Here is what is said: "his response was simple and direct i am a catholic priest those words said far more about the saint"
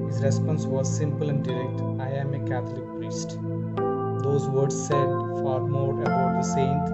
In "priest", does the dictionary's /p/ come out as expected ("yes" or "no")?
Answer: yes